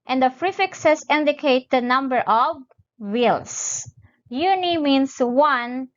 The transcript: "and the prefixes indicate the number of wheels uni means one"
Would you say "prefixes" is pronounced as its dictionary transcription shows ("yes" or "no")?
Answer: no